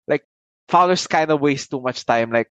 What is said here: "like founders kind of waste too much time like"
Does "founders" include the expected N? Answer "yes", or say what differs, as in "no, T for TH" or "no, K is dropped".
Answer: no, N is dropped